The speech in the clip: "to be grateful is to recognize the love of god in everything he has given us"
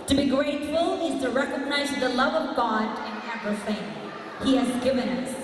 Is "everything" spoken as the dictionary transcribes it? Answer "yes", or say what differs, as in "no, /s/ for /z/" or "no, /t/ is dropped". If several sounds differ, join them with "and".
no, /p/ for /v/ and /f/ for /θ/